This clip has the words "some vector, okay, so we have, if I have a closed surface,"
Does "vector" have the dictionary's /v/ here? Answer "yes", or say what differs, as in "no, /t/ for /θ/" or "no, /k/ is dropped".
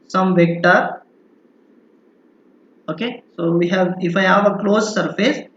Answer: yes